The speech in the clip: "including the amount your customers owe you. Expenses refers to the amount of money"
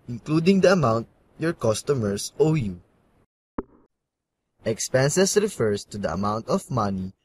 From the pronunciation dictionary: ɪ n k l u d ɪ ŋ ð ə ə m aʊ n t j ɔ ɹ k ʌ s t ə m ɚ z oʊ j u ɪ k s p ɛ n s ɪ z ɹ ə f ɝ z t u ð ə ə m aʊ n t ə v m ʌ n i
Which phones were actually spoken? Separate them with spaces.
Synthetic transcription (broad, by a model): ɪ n k l u d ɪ ŋ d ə ə m aʊ n t j ɔ ɹ k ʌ s t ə m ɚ s oʊ j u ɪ k s p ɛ n s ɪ s ɹ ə f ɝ s t u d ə ə m aʊ n t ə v m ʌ n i